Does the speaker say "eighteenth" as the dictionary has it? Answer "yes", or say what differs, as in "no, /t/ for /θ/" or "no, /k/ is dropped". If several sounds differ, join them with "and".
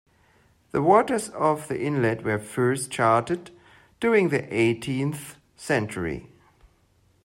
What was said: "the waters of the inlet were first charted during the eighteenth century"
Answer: yes